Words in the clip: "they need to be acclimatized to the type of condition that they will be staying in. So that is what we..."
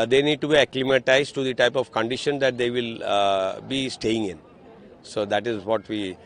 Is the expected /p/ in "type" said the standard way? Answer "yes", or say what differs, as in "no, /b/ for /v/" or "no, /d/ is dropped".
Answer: yes